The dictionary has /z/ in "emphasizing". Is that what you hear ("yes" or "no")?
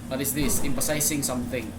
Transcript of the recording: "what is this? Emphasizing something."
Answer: no